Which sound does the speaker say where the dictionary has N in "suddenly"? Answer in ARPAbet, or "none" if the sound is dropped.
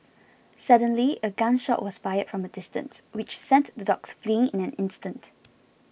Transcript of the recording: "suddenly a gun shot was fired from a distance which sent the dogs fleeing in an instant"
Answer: N